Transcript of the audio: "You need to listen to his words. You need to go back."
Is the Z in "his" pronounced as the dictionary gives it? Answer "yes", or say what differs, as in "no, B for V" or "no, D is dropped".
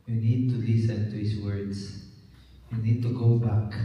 no, S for Z